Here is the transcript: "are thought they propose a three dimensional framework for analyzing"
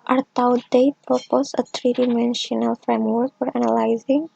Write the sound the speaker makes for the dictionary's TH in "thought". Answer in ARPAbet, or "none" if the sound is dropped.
T